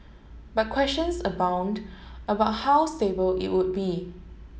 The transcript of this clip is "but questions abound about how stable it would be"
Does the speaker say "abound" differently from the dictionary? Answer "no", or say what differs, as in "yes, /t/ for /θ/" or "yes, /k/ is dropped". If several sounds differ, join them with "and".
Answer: no